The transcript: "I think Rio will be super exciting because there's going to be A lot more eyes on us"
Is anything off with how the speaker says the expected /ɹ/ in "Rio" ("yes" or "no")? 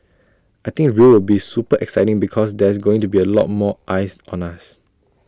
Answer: yes